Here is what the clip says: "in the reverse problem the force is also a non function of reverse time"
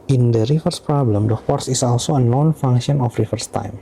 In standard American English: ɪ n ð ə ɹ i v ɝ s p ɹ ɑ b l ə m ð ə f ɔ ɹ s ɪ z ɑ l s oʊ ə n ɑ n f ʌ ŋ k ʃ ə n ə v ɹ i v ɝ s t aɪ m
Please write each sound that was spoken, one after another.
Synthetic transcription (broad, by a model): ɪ n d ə ɹ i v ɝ s p ɹ ɑ b l ə m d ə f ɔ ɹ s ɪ s ɑ l s oʊ ə n ɑ n f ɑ ŋ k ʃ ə n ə f ɹ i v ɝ s t aɪ m